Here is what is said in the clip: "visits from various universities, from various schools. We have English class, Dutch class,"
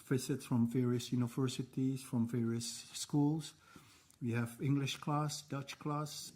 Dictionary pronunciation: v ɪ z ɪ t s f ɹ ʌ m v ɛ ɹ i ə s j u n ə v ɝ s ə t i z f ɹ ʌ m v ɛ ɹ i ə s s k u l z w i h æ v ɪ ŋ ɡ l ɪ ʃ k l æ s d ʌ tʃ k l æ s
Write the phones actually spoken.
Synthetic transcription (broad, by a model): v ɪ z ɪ t s f ɹ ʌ m v ɛ ɹ i ə s j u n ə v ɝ s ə t i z f ɹ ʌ m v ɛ ɹ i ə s s k u l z w i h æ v ɪ ŋ ɡ l ɪ ʃ k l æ s d ʌ tʃ k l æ s